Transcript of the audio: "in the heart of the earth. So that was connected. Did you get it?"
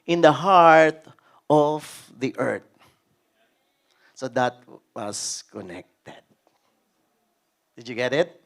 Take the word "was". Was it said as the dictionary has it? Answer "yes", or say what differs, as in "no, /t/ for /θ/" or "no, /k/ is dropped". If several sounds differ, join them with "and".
no, /s/ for /z/